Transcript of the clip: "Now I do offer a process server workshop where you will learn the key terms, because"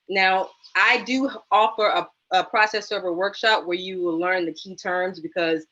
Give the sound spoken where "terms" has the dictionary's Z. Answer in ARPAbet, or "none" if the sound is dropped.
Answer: Z